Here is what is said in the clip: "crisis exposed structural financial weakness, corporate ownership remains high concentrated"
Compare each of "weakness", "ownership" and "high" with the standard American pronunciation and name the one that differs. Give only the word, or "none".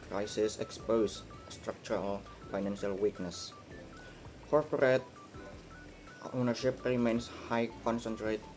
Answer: none